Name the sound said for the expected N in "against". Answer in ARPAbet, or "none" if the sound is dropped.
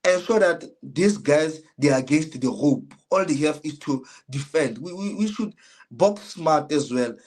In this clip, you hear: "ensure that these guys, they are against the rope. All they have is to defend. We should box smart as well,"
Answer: N